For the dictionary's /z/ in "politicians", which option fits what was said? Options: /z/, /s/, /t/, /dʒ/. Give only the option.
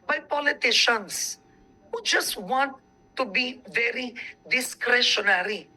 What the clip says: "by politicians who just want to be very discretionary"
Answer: /s/